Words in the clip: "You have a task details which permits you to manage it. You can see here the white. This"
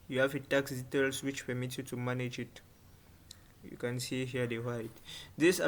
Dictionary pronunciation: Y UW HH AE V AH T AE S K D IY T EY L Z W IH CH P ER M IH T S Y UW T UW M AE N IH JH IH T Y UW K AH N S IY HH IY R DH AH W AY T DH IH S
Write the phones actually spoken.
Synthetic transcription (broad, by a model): Y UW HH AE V AH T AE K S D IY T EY L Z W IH CH P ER M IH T Y UW T UW M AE N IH JH IH T Y UW K AH N S IY HH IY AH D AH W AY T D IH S